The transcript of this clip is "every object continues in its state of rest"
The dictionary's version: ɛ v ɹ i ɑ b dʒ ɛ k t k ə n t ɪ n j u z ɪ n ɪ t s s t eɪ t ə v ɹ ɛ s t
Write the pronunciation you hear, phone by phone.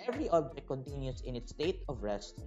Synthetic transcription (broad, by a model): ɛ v ɹ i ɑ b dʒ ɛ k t k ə n t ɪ n j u s ɪ n ɪ t s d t eɪ t ə v ɹ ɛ s t